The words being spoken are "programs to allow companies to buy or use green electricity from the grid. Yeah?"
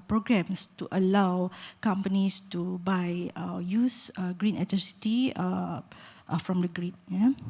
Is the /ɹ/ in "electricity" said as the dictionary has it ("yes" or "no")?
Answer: no